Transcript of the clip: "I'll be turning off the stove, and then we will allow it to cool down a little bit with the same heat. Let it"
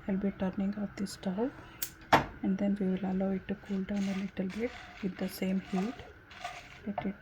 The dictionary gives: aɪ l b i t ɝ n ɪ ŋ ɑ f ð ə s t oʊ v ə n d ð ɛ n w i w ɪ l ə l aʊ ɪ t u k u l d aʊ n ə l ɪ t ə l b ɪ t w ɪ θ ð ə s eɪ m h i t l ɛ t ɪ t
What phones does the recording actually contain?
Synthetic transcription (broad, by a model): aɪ l b i t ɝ n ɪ ŋ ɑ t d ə s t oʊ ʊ ə n d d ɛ n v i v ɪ l ə l aʊ ɪ t u k u l d aʊ n ə l ɪ t ə l b ɪ t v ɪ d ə s eɪ m h i t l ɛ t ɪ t